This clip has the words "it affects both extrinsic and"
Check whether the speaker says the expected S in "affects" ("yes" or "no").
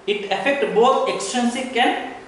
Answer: no